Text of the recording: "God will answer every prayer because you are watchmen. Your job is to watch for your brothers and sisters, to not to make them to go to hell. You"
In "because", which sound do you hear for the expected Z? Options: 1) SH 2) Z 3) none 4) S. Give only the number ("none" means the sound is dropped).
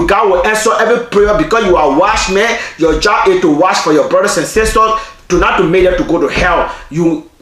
4